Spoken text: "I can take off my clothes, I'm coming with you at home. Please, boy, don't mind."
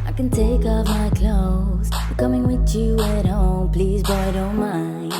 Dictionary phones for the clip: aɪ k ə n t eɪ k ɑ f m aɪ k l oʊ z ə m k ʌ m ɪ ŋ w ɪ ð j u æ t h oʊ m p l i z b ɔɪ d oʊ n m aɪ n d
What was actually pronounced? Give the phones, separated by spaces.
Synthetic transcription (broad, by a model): aɪ k ə n t eɪ k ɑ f m aɪ k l oʊ ə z k ʌ m ɪ ŋ w ɪ ð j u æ t h oʊ m p l i z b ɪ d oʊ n m aɪ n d